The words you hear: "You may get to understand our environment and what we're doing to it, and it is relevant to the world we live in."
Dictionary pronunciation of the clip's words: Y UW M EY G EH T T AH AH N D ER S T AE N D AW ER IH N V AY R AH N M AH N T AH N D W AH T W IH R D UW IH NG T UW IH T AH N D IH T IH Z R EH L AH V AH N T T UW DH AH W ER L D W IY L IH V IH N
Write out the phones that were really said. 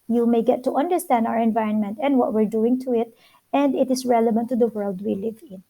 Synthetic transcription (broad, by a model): Y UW M EY G EH T T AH AH N D ER S T AE N D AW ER IH N V AY R AH N M AH N T AH N D W AH T W IH R D UW IH NG T UW IH T AH N D IH T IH S R EH L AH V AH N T T UW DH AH W ER L D W IY L IH V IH N